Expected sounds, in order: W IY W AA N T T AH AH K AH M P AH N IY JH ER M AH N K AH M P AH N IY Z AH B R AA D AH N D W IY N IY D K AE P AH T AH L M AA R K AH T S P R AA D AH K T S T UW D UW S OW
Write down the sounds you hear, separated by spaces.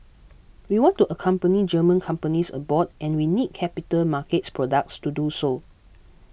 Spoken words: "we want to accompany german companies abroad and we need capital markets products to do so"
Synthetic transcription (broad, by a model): W IY W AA N T T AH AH K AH M P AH N IY JH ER M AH N K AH M P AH N IY S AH B AA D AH N W IY N IY D K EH P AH T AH L M AA K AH T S P R AA D AH K T S T UW D UW S OW